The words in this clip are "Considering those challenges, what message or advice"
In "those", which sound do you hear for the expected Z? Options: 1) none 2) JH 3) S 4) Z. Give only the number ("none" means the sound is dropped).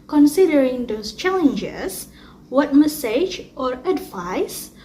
3